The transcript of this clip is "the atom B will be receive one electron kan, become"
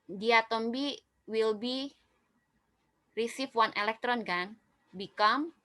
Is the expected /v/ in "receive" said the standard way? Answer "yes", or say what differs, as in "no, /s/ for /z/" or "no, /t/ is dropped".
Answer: no, /f/ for /v/